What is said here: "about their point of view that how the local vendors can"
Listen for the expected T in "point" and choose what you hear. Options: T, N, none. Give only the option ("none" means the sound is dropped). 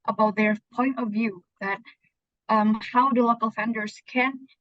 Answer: T